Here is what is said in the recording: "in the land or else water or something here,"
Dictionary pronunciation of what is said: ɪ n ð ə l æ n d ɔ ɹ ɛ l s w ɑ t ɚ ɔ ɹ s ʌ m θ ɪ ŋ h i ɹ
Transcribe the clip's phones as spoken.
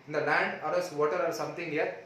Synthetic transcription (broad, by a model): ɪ n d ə l æ n d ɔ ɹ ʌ s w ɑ t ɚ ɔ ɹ s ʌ m t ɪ ŋ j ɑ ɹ